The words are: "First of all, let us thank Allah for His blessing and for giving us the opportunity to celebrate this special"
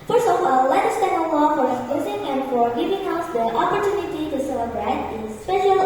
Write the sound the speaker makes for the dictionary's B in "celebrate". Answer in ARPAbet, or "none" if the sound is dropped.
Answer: B